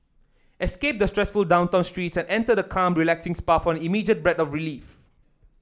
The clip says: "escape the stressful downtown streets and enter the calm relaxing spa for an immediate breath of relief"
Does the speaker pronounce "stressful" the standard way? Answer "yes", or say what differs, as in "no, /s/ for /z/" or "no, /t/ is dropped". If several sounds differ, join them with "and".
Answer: yes